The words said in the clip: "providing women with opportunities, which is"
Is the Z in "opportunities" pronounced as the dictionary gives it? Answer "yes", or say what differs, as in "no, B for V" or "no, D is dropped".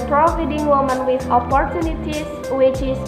no, S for Z